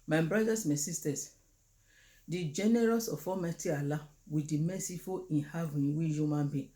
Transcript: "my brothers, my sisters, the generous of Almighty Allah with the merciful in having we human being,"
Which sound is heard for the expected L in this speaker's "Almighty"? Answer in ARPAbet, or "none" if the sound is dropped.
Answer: none